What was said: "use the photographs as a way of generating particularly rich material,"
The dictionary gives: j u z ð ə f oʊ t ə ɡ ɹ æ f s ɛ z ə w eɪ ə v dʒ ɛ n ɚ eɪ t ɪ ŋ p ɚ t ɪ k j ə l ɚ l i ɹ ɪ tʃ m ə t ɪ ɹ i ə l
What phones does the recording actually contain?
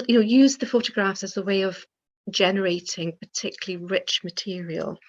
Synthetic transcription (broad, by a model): j u z ð ə f oʊ t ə ɡ ɹ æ f s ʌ z ə w eɪ ə v dʒ ɛ n ɚ eɪ t ɪ ŋ p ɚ t ɪ k j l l i ɹ ɪ tʃ m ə t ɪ ɹ i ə l